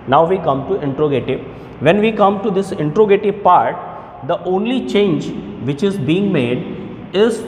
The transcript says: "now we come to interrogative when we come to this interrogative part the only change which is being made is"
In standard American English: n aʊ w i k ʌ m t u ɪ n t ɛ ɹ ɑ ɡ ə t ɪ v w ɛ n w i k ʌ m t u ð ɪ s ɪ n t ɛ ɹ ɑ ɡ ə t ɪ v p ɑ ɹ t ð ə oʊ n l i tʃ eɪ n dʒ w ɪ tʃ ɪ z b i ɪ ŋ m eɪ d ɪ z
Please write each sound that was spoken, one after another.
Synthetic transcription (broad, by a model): n aʊ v i k ʌ m t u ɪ n t ɹ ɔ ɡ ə t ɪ v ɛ n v i k ʌ m t u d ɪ s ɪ n t ɹ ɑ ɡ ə t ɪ p ɑ ɹ t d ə oʊ n l i tʃ eɪ n dʒ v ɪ tʃ ɪ z b i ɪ ŋ m eɪ d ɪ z